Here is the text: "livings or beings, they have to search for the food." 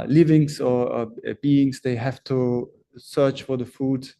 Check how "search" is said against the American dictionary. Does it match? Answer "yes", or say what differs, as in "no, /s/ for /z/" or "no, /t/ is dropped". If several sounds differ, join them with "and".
yes